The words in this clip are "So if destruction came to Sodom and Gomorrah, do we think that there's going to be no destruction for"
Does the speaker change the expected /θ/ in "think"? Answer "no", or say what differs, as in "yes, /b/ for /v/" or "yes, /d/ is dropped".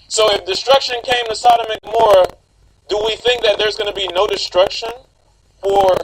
no